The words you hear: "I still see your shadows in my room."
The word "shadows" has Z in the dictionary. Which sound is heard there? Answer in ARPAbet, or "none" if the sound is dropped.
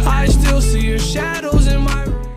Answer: Z